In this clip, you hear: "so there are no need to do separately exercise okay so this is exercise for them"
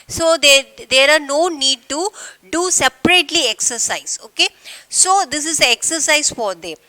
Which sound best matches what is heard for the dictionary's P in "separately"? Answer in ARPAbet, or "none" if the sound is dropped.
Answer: P